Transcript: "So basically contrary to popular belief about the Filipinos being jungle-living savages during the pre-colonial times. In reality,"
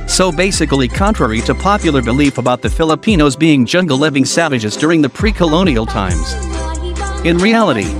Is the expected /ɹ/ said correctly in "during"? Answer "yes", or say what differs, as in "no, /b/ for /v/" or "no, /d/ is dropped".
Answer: yes